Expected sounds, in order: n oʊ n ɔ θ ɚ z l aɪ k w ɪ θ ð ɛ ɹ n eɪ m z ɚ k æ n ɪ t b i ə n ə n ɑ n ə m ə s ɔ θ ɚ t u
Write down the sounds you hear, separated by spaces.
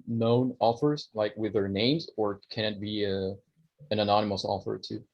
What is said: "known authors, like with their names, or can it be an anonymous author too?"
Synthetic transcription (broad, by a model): n oʊ n ɔ f ɚ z l aɪ k w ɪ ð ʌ ɹ n eɪ m z ɚ k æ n ɪ t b i ə n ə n ɑ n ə m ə s ɔ f ɚ t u